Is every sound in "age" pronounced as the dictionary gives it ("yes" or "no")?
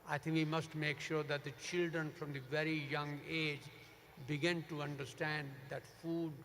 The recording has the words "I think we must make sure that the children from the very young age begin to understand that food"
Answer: yes